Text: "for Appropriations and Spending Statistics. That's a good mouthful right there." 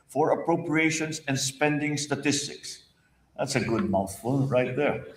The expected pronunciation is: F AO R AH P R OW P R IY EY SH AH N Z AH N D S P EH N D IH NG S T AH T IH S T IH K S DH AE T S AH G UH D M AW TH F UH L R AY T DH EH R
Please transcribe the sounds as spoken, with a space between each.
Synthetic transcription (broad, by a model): F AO R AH P R OW P R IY EY SH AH N S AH N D S P EH N D IH NG S T AH T IH S T IH K S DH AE T S AH G UH D M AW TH F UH N R AY T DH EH R